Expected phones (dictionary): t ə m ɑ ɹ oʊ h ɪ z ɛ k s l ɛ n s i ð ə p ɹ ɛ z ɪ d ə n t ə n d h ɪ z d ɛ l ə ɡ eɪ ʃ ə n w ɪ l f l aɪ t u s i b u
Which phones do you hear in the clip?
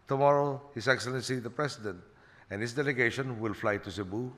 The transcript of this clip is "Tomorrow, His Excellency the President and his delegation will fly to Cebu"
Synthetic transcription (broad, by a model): t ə m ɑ ɹ oʊ h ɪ s ɛ k s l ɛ n s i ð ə p ɹ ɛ s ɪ d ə n t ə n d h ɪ s d ɛ l ə ɡ eɪ ʃ ə n w ɪ l f l aɪ t u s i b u